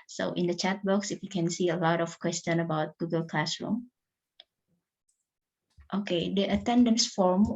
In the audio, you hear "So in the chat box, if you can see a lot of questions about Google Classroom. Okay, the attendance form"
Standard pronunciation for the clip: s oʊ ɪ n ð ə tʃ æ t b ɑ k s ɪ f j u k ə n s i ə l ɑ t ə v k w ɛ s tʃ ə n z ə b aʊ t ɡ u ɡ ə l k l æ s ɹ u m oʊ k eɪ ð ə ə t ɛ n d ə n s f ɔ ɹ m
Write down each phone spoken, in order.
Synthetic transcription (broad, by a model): s oʊ ɪ n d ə tʃ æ t b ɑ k s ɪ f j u k ə n s i ə l ɑ t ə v k w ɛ s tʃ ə n ə b aʊ t ɡ u ɡ ə l k l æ s ɹ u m oʊ k eɪ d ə ə t ɛ n d ə n s f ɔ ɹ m